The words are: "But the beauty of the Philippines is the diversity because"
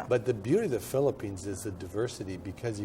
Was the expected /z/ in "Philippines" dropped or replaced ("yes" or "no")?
no